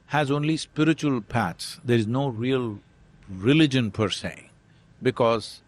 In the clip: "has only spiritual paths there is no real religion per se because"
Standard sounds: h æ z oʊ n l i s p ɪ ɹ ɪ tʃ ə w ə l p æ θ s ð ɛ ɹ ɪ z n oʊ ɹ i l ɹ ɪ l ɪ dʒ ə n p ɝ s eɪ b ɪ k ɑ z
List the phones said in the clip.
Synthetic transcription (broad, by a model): h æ z oʊ n l i s p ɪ ɹ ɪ tʃ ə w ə l p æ t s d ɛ ɹ ɪ z n oʊ ɹ i l ɹ ɪ l ɪ dʒ ə n p ɝ s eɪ b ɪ k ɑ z